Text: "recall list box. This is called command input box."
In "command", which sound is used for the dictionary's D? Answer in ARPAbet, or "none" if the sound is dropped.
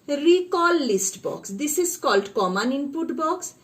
none